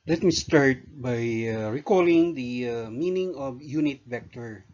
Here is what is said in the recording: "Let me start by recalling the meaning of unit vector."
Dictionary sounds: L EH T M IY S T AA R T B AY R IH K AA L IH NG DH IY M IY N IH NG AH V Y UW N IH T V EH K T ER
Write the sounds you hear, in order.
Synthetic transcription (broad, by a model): L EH T M IY S T AA R T B AY R IH K AA L IH NG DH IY M IY N IH NG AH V Y UW N IH T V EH K T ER